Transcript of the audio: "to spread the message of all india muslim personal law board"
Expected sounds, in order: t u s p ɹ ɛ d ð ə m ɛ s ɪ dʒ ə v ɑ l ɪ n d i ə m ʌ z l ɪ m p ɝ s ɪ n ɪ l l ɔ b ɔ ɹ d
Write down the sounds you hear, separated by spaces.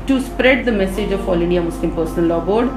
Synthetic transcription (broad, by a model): t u s p ɹ ɛ d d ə m ɛ s ɪ dʒ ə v ɑ l ɪ n d i ə m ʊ s l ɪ m p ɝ s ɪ n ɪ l l ɔ b ɔ ɹ d